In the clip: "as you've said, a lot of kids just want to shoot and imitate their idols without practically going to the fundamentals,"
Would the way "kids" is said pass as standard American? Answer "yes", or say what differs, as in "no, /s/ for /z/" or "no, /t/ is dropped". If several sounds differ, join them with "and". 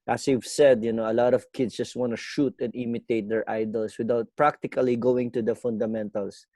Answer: no, /s/ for /z/